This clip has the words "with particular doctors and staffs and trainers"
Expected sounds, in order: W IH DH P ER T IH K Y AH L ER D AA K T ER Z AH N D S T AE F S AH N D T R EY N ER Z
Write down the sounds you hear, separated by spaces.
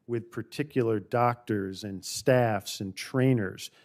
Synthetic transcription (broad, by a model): W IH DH P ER T IH K Y L ER D AA K T ER Z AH N S T AE F S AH N T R EY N ER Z